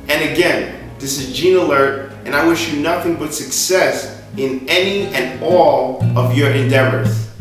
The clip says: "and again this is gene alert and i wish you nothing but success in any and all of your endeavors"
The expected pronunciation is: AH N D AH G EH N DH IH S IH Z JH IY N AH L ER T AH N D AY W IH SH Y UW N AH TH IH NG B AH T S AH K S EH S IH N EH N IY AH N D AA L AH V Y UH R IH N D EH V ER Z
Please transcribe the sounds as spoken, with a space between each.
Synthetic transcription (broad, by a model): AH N AH G EH N DH IH S IH Z JH IY N AH L ER T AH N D AY W IH SH Y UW N AH TH IH NG B AH T S AH K S EH S IH N EH N IY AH N AA L AH V Y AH R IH N D EH V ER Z